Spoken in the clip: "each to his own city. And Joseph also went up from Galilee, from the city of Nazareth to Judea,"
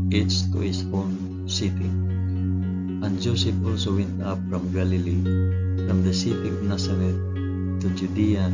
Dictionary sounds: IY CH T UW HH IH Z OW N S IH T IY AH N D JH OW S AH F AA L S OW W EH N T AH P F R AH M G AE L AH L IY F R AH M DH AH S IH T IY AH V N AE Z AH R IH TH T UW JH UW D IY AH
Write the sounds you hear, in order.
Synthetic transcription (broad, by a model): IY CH T UW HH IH S OW N S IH T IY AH N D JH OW S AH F AA L S OW W EH N T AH P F R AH M G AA L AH L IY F R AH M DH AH S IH T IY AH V N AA S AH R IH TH T UW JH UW D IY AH